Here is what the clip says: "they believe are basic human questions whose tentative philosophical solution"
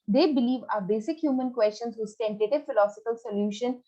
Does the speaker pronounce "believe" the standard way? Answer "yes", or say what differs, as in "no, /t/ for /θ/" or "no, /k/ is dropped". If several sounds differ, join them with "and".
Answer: yes